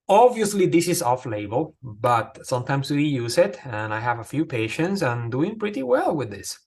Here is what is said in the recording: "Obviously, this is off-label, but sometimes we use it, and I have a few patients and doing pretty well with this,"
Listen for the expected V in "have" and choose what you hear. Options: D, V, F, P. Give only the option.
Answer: V